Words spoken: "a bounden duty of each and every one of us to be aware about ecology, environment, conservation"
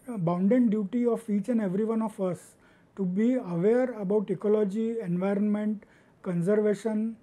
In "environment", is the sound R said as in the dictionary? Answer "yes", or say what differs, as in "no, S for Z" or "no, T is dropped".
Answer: yes